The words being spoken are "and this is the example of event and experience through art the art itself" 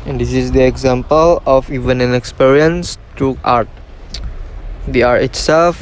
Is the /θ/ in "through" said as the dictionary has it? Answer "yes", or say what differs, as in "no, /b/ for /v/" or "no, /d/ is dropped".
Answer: no, /t/ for /θ/